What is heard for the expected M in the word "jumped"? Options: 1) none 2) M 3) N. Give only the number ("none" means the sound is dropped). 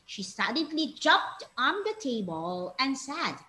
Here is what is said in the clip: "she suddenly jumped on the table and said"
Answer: 1